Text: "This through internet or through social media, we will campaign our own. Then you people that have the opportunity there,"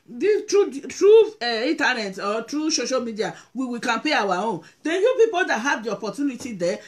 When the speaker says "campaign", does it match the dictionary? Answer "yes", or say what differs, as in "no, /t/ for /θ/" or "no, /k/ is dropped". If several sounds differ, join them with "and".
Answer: no, /n/ is dropped